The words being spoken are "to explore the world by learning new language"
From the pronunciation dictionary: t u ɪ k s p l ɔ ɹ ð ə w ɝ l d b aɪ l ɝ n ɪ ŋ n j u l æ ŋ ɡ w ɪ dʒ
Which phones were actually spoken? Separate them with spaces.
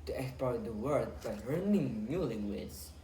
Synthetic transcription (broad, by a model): t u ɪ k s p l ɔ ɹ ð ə w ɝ d b aɪ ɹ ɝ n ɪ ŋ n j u l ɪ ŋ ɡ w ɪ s